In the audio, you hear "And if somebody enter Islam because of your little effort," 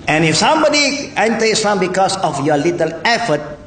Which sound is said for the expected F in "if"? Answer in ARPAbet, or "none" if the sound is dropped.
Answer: F